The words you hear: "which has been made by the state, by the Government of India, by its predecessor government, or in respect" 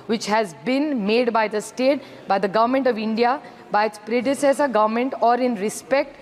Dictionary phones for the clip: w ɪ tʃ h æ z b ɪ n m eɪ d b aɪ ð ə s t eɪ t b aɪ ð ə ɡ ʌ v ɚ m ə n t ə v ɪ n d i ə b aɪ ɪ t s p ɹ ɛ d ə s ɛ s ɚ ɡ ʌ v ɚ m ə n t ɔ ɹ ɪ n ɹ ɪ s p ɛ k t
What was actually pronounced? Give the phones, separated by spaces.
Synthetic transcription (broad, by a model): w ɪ tʃ h æ z b ɪ n m eɪ d b aɪ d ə s t eɪ t b aɪ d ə ɡ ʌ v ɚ m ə n t ə v ɪ n d i ə b aɪ ɪ t s p ɹ ɛ d ə s ɛ s ɚ ɡ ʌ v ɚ m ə n t ɔ ɹ ɪ n ɹ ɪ s p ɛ k t